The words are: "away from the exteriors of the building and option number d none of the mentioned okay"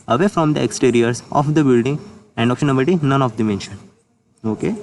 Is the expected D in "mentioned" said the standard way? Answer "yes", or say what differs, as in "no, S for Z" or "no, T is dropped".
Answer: no, D is dropped